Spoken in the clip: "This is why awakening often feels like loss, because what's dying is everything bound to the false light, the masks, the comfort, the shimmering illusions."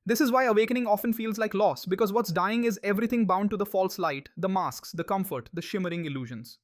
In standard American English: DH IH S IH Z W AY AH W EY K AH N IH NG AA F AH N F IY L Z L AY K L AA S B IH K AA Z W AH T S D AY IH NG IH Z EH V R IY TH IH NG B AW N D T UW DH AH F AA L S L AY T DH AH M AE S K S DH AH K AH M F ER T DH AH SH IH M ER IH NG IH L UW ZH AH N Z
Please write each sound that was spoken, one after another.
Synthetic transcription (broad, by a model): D IH S IH Z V AY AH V EY K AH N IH NG AA F AH N F IY L Z L AY K L AA S B IH K AA Z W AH T S D AY IH NG IH Z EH V R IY T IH NG B AW N D T UW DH AH F AA L S L AY T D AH M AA S K S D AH K AH M F ER T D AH SH IH M ER IH NG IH L UW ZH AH N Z